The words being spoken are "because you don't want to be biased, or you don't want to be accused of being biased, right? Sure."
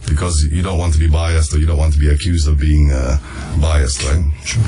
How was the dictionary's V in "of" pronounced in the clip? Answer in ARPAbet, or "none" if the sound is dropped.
V